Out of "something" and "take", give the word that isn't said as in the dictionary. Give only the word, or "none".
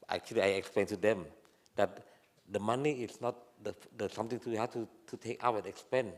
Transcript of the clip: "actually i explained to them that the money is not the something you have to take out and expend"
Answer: something